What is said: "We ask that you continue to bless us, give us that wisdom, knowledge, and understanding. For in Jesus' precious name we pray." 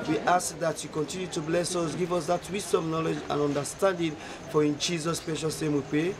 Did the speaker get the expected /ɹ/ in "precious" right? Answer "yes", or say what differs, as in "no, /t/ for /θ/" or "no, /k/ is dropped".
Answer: no, /ɹ/ is dropped